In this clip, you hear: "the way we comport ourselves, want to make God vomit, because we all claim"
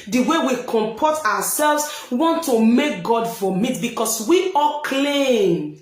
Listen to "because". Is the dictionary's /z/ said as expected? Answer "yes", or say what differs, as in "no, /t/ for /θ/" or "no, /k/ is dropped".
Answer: no, /s/ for /z/